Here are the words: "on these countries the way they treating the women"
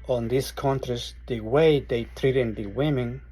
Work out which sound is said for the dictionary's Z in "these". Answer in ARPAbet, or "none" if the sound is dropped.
S